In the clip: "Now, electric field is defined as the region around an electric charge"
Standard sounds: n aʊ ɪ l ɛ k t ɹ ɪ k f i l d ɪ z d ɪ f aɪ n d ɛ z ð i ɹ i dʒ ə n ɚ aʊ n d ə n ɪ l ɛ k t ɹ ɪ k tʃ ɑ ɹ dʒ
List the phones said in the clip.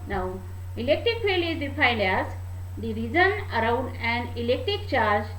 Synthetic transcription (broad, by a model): n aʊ ɪ l ɛ k t ɹ ɪ k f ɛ l ɪ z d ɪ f aɪ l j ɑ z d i ɹ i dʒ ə n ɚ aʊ n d ə n ɪ l ɛ k t ɹ ɪ k tʃ ɑ ɹ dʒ